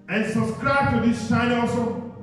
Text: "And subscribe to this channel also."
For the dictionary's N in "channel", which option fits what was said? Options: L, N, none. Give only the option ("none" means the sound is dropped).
none